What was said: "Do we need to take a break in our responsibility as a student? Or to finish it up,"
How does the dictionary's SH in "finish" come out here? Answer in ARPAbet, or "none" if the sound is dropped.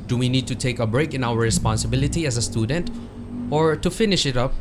SH